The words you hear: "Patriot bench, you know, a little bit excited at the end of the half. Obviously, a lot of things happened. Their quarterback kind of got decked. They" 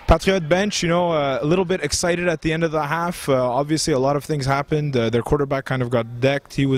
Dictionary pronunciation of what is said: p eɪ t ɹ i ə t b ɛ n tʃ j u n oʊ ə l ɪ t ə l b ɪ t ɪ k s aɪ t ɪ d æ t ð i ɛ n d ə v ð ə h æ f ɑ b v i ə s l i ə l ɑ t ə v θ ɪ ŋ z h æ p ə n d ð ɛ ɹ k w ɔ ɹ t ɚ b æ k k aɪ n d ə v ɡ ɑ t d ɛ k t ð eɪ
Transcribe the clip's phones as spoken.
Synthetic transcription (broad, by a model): p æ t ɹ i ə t b ɛ n tʃ j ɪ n oʊ ə l ɪ t l b ɪ t ɪ k s aɪ t ɪ d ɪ t ð i ɛ n d ə v ð ə h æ f ɑ b v i ə s l i ə l ɑ t ə v θ ɪ ŋ z h æ p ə n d ð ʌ ɹ k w ɔ ɹ t ɚ b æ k k aɪ n d ə v ɡ ɑ t d ɛ k t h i